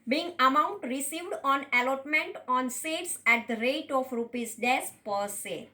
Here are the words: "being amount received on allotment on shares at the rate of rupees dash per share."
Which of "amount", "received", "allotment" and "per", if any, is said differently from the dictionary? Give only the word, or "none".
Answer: none